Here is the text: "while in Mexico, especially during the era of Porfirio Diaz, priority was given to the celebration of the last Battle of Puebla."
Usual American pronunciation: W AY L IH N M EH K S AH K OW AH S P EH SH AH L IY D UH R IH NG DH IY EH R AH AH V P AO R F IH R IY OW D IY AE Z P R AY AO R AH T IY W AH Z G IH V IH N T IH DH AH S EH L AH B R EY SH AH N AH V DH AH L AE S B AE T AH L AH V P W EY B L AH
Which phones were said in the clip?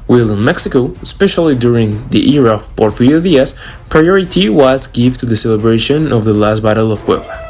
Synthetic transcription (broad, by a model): W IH L IH N M EH K S AH K OW AH S P EH SH AH L IY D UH R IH NG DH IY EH R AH AH V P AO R F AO L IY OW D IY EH S P R AY AO R AH T IY W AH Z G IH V T IH DH AH S EH L AH B R EY SH AH N AH V DH AH L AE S B AE T AH L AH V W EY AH